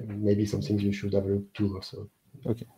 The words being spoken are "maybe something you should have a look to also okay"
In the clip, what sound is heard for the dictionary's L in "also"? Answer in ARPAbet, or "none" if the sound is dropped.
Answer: none